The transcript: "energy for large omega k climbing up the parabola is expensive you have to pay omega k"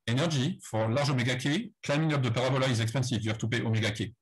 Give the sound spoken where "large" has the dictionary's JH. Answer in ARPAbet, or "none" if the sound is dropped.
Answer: ZH